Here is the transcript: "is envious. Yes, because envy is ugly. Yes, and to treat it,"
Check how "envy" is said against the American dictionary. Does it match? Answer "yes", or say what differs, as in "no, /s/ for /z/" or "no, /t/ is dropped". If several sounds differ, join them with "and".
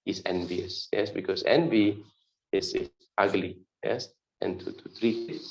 yes